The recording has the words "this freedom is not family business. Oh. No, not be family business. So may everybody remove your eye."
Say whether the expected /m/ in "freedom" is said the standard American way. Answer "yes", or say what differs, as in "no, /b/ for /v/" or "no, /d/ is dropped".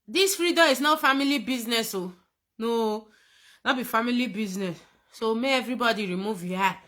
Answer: no, /m/ is dropped